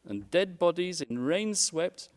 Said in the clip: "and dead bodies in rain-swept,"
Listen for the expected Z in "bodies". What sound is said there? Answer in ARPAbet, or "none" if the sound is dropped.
Z